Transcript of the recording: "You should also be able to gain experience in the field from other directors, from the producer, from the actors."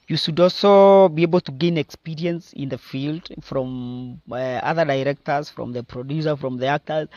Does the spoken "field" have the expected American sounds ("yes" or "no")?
yes